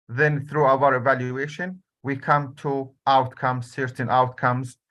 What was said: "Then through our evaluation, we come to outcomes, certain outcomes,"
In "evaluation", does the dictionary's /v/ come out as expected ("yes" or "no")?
yes